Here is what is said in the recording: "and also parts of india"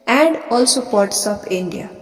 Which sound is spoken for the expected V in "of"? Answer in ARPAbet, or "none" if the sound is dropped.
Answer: P